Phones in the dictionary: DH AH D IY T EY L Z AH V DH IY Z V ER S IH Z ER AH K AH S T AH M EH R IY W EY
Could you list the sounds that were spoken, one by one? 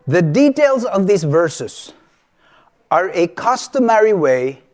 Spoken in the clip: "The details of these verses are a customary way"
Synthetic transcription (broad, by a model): DH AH D IY T EY L Z AH V DH IY Z V ER S IH Z ER AH K AH S T AH M EH R IY W EY